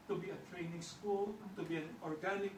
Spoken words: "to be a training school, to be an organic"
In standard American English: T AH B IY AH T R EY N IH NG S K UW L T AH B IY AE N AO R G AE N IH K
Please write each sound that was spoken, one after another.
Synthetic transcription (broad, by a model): T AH B IY AH T R EY N IH NG S K UW L T AH B IY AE N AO R G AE N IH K